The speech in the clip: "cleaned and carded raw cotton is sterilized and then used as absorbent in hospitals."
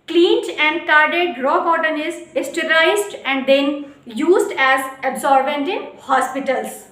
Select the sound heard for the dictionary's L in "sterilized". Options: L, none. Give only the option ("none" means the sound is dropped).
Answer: none